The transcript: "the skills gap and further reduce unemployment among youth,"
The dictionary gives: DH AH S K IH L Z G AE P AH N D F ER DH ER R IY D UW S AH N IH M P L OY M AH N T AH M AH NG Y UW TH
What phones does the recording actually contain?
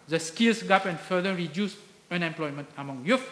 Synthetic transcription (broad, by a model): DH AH S K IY L S G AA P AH N F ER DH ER R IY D UW S AH N IH M P L OY M AH N T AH M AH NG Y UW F